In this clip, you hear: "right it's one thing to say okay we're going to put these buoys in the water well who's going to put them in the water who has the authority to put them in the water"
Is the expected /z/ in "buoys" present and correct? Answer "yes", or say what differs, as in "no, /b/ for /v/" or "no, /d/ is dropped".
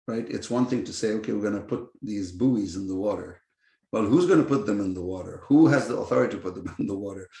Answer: yes